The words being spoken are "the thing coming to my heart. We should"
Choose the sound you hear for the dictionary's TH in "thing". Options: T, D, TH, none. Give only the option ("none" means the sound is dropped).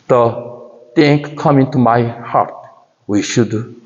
T